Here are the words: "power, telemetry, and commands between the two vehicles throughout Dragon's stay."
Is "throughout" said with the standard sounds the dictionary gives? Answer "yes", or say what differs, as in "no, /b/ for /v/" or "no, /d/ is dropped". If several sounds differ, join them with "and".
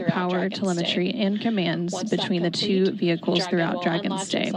yes